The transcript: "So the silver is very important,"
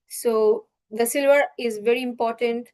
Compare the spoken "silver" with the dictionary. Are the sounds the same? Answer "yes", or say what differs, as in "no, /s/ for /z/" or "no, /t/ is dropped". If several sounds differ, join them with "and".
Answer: yes